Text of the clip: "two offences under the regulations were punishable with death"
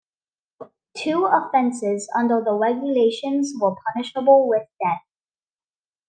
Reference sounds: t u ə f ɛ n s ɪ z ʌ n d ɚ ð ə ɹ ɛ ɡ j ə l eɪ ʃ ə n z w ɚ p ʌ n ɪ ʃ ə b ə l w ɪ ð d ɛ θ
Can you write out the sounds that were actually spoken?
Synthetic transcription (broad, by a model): t u ə f ɛ n s ɪ z ʌ n d ɚ ð ə ɹ ɛ ɡ j ə l eɪ ʃ ə n z w ɚ p ʌ n ɪ ʃ ə b ə l w ɪ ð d ɛ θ